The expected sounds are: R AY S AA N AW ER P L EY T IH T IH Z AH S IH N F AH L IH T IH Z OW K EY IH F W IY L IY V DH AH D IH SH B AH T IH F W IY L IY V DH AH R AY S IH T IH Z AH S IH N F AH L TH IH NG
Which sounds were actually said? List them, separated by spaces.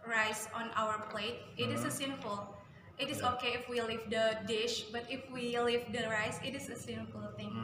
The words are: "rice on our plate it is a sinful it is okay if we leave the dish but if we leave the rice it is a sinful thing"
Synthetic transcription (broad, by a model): R AY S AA N AW ER P L EY T IH T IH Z AH S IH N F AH L IH T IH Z OW K EY IH F W IY L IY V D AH D IH SH B AH T IH F W IY L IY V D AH R AY S IH T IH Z AH S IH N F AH L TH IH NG